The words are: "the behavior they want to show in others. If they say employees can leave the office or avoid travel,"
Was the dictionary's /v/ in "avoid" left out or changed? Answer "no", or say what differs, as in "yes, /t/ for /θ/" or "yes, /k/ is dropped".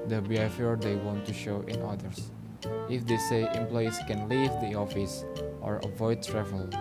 no